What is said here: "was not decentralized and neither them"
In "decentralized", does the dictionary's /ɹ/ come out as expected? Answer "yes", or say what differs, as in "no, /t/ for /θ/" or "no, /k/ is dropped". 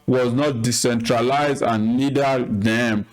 yes